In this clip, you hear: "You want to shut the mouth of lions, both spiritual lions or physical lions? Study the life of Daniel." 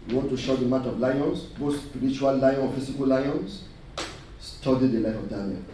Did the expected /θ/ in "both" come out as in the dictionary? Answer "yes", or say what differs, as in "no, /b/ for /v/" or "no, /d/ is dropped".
no, /s/ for /θ/